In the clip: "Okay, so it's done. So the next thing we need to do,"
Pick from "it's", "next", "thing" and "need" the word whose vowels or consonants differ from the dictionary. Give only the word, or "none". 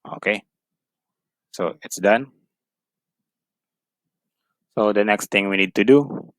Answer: thing